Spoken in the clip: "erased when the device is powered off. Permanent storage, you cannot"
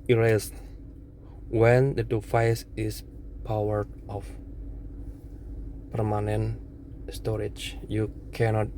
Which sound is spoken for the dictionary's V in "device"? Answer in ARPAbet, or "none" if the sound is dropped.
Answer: F